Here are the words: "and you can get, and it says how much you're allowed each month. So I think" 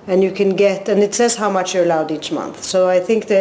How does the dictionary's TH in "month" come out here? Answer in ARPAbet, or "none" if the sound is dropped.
TH